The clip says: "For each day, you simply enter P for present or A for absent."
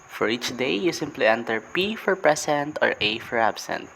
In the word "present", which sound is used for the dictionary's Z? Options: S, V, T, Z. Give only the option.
S